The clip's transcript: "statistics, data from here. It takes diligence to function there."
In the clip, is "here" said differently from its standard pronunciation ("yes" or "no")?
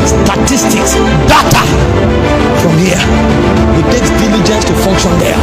yes